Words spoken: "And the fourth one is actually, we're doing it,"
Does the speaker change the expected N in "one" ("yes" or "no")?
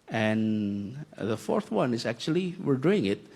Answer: no